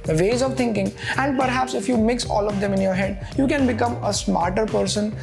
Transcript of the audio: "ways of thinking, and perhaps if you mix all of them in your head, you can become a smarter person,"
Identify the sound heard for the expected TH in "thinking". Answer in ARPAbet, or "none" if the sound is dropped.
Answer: T